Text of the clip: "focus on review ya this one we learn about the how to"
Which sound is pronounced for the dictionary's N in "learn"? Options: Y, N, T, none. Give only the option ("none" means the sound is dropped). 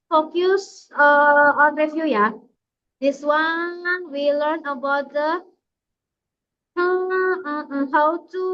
N